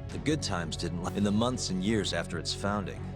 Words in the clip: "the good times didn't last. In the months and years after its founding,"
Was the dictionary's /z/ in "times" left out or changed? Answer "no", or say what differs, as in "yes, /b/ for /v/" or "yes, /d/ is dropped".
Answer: no